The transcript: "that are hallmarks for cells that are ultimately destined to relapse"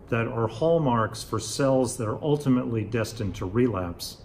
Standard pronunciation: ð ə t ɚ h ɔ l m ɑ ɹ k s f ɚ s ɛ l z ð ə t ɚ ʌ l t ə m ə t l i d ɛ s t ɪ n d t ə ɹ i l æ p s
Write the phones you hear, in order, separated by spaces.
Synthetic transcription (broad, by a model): ð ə t ɚ h ɔ l m ɑ ɹ k s f ɚ s ɛ l z ð ə t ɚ ʌ l t ə m ə t l i d ɛ s t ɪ n t ə ɹ i l æ p s